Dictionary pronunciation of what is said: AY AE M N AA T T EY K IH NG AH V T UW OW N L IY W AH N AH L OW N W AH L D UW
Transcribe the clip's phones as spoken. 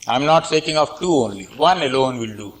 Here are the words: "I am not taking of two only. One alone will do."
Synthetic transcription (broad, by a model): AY M N AA T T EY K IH NG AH F T UW OW N L IY W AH N AH L OW N W AH L D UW